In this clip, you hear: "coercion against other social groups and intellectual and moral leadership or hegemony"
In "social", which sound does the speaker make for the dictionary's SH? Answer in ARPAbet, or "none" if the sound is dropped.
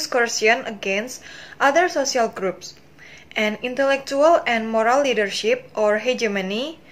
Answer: S